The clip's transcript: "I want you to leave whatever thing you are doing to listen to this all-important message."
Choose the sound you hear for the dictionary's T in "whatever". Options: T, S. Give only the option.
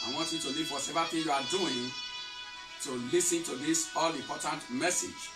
S